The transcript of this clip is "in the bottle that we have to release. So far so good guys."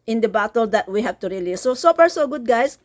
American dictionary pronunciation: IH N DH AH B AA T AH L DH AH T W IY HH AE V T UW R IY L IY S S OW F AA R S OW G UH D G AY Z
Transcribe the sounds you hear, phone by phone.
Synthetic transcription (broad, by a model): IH N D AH B AA T AH L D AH T W IY HH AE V T UW R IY L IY S S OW P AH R S OW G UH D G AY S